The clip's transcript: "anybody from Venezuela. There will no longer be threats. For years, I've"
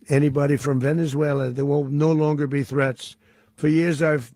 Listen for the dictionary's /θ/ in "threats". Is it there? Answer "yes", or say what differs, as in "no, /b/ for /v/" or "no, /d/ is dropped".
yes